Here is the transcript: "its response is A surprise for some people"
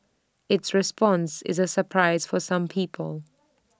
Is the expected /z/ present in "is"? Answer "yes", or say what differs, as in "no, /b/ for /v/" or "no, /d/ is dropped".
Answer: yes